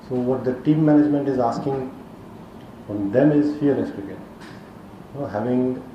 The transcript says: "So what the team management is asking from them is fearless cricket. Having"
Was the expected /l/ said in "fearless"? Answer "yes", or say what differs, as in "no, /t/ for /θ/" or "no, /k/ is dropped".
no, /n/ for /l/